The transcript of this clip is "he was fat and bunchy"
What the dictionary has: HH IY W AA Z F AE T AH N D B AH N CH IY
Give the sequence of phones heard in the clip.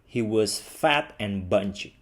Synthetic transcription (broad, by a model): HH IY W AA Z F AE T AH N B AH N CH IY